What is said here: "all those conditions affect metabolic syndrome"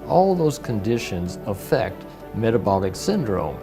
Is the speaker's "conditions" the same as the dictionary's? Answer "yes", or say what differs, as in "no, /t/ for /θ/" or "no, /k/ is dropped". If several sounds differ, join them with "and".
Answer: yes